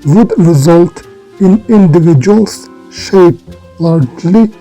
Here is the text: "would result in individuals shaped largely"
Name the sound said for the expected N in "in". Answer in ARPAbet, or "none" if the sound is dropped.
N